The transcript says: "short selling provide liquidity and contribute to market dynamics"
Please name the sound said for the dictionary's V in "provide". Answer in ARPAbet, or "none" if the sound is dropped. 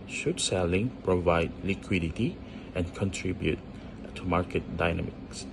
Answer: V